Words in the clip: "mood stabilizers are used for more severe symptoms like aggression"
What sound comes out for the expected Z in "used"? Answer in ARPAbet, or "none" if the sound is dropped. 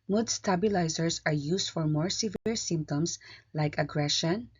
S